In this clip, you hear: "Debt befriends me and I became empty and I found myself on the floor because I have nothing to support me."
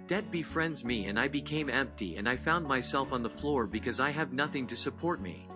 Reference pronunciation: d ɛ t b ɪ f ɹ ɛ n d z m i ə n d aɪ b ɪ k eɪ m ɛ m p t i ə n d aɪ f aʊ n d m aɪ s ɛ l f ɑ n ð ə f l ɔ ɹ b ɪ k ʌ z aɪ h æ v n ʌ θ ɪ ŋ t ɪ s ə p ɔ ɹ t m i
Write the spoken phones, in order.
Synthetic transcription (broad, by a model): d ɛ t b ɪ f ɹ ɛ n d z m i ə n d aɪ b ɪ k eɪ m ɛ m p t i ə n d aɪ f aʊ n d m aɪ s ɛ l f n ð ə f l ɔ ɹ b ɪ k ʌ z aɪ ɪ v n ʌ θ ɪ ŋ t ɪ s ə p ɔ ɹ t m i